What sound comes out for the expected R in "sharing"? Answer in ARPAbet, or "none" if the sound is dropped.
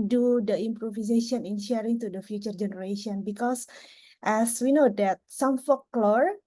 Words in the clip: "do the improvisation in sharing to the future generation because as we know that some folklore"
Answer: R